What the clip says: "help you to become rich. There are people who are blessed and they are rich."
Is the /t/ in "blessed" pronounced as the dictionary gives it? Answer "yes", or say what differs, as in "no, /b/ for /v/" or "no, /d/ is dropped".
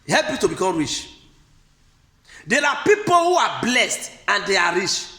yes